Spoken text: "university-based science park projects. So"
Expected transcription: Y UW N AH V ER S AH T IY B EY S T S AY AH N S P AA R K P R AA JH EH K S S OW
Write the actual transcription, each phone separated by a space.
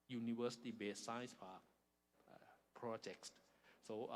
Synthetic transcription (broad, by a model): Y UW N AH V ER S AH T IY B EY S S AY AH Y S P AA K P R AA JH EH K S S OW